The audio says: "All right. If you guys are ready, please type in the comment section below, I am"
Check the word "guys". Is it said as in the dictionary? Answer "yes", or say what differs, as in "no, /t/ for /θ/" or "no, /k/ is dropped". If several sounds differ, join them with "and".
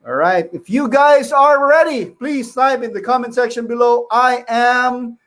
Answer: yes